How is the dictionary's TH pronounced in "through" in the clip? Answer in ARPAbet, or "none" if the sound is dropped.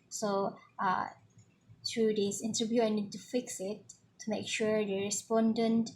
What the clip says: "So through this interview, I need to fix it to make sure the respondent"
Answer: T